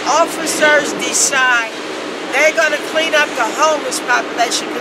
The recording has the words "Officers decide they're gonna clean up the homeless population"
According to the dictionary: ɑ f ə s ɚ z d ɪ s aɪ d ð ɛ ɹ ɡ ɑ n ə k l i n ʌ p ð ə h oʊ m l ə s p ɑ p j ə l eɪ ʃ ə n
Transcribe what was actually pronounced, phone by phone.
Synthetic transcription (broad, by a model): ɑ f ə s ɚ z d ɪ s aɪ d ð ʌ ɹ ɡ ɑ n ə k l i n ʌ p ð ə h oʊ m ə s p ɑ p j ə l eɪ ʃ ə n